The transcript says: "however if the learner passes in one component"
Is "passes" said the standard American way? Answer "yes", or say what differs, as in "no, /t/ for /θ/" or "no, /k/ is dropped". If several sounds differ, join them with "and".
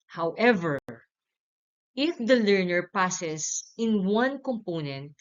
no, /s/ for /z/